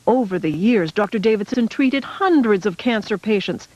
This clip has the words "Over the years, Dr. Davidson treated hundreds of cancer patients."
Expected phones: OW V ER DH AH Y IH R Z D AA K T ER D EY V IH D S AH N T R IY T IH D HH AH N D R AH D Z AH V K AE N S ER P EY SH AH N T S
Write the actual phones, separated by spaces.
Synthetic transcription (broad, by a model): OW V ER DH AH Y IH R Z D AA K T ER D EY V IH D S AH N T R IY T IH D HH AH N D R AH D Z AH V K AE N S ER P EY SH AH N T S